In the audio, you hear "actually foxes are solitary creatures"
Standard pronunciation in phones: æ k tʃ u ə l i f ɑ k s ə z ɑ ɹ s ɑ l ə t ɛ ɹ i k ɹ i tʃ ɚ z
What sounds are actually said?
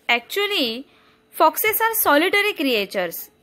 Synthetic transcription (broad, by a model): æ k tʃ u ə l i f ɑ k s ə s ɑ ɹ s ɑ l ə t ɛ ɹ i k ɹ i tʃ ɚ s